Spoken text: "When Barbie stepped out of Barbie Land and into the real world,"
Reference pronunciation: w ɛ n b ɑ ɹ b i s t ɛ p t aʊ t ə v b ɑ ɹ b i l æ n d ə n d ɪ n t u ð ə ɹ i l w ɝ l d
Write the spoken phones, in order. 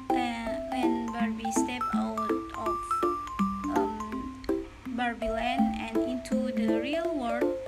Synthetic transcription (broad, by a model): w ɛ n b ɑ ɹ b i s t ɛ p aʊ t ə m b ɑ ɹ b i l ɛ n ə n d ɪ n t u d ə ɹ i l w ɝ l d